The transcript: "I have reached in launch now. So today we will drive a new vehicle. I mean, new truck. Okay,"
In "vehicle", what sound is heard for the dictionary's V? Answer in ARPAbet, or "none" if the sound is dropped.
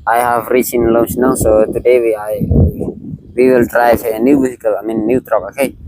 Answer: W